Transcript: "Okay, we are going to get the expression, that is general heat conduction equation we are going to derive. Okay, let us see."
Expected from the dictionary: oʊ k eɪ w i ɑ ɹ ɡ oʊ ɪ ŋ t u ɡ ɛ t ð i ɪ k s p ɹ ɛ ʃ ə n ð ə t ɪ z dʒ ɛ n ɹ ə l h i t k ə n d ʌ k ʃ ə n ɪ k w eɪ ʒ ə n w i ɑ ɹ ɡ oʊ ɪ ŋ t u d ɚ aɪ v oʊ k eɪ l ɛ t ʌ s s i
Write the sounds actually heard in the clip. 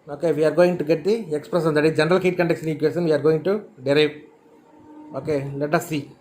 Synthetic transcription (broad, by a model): oʊ k eɪ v i ɑ ɹ ɡ oʊ ɪ ŋ t u ɡ ɛ t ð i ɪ k s p ɹ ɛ s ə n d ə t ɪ dʒ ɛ n ɹ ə l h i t k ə n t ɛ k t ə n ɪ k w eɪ s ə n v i ɑ ɹ ɡ oʊ ɪ ŋ t u d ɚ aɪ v oʊ k eɪ l ɛ t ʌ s s i